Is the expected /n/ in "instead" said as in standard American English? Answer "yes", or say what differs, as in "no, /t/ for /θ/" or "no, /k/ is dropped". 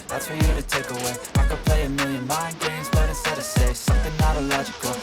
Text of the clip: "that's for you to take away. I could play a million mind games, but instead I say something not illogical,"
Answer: no, /n/ is dropped